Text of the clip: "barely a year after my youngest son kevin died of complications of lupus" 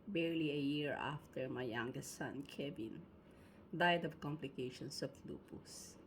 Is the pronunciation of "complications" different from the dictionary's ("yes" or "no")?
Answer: yes